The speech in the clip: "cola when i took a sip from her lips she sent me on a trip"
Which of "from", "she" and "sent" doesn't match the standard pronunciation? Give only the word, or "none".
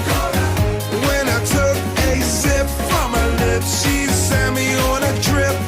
sent